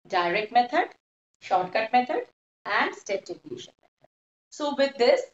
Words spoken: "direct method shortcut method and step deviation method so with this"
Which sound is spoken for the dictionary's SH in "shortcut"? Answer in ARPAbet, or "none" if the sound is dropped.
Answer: SH